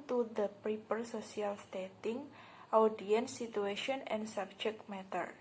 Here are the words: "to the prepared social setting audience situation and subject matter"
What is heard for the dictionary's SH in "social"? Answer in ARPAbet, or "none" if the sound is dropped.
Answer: S